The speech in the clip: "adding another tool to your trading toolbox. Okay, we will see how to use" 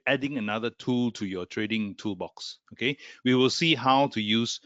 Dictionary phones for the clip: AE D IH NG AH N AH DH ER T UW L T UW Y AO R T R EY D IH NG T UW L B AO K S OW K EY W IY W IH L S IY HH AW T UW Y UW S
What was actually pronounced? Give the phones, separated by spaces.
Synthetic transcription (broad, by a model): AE D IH NG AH N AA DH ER T UW L T UW Y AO T R EY D IH NG T UW L B AO K S OW K EY W IY W IH L S IY HH AW T UW Y UW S